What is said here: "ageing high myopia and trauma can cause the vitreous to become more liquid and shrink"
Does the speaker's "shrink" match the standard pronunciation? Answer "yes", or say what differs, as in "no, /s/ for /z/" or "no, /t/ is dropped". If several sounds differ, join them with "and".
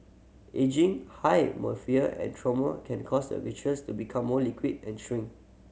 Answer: no, /k/ is dropped